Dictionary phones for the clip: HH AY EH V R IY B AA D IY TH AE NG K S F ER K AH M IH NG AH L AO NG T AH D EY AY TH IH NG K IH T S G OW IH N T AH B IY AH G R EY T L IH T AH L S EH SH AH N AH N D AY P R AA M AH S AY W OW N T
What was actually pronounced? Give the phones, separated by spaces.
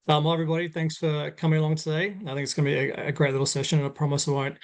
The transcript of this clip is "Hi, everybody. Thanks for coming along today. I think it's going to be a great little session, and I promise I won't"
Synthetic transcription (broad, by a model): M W EH V R IY B AA D IY TH AE NG K S F ER K AH M IH NG AH L AO NG T AH D EY AY TH IH NG K IH T S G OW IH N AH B IY AH G R EY T L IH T L S EH SH AH N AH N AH P R AA M AH S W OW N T